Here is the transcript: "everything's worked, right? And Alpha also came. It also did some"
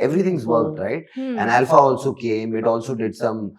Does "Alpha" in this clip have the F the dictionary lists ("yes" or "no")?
yes